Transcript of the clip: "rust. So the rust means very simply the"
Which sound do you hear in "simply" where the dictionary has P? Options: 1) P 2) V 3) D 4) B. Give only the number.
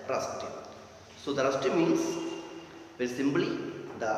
4